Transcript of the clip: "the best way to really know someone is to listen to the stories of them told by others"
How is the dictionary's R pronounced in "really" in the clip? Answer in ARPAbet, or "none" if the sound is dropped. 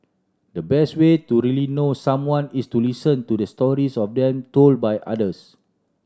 R